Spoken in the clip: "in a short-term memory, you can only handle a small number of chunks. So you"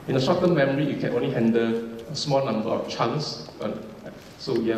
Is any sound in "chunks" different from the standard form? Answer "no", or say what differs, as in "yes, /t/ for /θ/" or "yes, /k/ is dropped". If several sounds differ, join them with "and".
yes, /k/ is dropped